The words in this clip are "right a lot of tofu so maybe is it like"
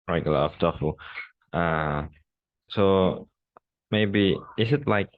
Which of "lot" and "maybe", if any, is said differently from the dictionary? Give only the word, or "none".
lot